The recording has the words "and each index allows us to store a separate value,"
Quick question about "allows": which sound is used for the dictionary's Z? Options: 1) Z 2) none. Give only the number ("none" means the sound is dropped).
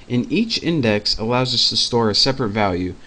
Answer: 1